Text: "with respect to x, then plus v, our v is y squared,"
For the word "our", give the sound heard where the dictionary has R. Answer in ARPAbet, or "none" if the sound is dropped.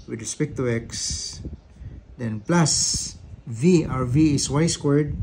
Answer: R